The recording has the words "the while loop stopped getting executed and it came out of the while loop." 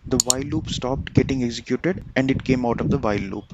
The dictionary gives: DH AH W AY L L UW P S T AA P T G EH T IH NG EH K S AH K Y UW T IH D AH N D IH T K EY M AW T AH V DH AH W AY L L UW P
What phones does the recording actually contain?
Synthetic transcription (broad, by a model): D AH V AY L L UW P S T AA P T G EH T IH NG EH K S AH K Y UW T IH D AH N D IH T K EY M AW T AH V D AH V AY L L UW P